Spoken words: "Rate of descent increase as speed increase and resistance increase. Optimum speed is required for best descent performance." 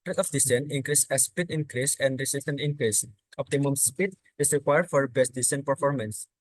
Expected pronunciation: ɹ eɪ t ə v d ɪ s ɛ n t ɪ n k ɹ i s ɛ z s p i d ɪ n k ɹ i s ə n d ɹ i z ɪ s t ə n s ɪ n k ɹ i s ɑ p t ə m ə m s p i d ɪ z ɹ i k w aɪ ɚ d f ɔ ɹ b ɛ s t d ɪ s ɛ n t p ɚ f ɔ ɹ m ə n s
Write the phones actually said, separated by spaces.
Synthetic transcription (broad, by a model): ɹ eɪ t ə f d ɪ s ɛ n ɪ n k ɹ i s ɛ s p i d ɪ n k ɹ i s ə n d ɹ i s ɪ s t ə n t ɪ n k ɹ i s ɑ p t ə m ə m s p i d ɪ s ɹ i k w aɪ ɚ d f ɔ ɹ b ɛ s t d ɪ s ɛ n p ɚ f ɔ ɹ m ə n s